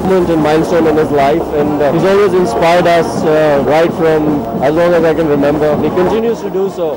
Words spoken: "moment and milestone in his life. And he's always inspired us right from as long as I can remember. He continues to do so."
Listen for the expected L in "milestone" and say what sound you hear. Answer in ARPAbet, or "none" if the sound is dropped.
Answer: N